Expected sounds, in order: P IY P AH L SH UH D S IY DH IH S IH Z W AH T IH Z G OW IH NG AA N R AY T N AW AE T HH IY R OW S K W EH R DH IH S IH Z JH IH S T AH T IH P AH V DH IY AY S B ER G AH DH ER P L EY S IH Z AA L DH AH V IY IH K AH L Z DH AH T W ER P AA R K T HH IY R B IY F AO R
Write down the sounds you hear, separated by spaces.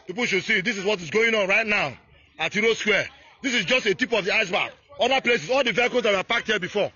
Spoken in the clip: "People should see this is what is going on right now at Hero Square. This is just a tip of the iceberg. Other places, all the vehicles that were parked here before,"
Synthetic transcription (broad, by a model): P IY P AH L SH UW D S IY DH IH S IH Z W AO T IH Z G OW IH NG AA N R AY T N AW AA T HH IY R OW S K W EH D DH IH S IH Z JH IH S T AH T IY P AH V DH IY AY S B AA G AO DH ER P L EY S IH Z AA L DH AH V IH K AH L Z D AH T W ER P AA K T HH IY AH B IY F AO